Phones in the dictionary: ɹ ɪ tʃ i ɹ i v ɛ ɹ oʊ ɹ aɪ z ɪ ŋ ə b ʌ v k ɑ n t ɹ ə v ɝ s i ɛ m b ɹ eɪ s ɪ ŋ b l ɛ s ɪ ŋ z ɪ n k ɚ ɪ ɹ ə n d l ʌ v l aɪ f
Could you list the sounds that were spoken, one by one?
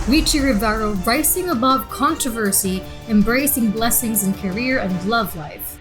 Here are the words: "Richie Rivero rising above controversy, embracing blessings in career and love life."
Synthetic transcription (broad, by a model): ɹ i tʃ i ɹ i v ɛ ɹ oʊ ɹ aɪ s ɪ ŋ ə b ʌ v k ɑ n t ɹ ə v ɝ s i ɛ m b ɹ eɪ s ɪ ŋ b l ɛ s ɪ ŋ z ɪ n k ɚ ɪ ɹ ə n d l ʌ v l aɪ f